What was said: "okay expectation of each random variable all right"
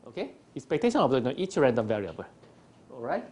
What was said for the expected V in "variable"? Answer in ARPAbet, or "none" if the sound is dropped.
V